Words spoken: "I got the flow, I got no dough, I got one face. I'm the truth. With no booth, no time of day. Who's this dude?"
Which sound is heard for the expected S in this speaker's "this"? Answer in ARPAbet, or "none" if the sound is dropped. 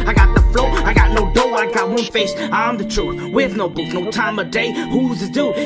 none